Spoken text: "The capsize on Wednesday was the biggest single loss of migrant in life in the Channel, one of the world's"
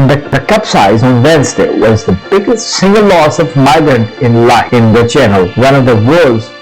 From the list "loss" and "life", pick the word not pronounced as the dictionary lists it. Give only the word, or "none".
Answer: life